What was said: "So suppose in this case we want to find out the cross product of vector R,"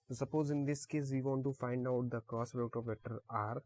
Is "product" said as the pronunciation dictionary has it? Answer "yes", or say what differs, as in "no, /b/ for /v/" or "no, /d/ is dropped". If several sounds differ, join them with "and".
no, /k/ is dropped